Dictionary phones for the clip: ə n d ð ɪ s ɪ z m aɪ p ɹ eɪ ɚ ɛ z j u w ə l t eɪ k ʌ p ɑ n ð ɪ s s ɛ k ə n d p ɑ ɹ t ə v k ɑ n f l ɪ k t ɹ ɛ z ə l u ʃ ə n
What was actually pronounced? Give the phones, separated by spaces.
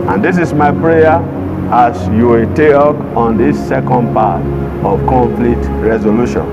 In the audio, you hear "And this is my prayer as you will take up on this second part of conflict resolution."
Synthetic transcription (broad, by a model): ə n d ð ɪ s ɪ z m aɪ p ɹ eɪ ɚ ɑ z j u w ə t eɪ ɔ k ɑ n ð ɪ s s ɛ k ə n d p ɑ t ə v k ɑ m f l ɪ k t ɹ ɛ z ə l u ʃ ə n